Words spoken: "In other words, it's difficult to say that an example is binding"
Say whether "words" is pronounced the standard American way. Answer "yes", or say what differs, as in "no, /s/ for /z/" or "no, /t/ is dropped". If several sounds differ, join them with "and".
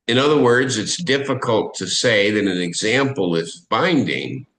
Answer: yes